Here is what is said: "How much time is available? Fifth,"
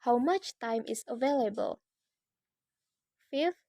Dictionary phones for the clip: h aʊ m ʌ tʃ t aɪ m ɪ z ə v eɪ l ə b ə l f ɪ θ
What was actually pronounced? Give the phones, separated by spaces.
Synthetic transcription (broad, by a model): h aʊ m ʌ tʃ t aɪ m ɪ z ə v eɪ l ə b ə l f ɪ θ